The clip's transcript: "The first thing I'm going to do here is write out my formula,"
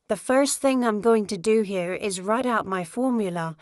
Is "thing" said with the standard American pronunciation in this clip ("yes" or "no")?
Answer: yes